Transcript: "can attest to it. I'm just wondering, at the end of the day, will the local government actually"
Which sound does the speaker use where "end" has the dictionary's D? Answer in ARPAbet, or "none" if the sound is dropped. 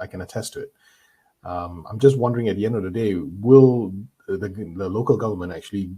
D